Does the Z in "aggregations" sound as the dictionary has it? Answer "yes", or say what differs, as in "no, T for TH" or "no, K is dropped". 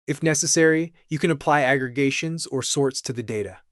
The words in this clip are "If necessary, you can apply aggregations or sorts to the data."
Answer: yes